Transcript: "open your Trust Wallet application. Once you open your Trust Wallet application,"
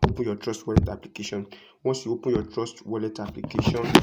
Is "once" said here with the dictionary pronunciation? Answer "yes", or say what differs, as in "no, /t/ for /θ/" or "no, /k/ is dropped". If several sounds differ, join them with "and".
no, /n/ is dropped